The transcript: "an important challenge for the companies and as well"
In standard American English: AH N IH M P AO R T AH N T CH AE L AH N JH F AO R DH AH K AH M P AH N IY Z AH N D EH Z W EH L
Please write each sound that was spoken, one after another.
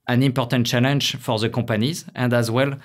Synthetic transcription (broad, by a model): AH N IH M P AO R T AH N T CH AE L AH N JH F AO R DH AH K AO P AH N IY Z AH N D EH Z W EH L